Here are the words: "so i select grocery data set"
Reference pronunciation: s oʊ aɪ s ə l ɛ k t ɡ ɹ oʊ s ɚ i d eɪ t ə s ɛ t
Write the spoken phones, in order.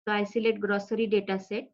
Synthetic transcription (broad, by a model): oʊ aɪ s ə l ɛ t ɡ ɹ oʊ s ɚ i d eɪ t ə s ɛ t